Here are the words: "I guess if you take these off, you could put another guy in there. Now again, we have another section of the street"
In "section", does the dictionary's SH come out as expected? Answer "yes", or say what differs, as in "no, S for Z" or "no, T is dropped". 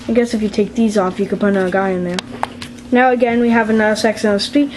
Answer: no, S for SH